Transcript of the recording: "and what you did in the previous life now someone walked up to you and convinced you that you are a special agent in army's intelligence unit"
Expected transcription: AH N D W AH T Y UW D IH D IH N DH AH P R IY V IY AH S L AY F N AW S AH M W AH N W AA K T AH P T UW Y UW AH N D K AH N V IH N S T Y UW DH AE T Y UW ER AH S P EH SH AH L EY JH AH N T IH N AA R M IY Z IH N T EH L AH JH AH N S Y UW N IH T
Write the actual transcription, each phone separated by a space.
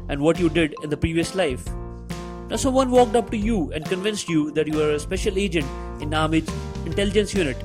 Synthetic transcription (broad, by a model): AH N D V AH T Y UW D IH D IH N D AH P R IY V IY AH S L AY F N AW S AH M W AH N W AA K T AH P T UW Y UW AH N D K AH N V IH N S T Y UW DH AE T Y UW ER AH S P EH SH AH L EY JH AH N T IH N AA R M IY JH IH N T EH L AH JH AH N S Y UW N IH T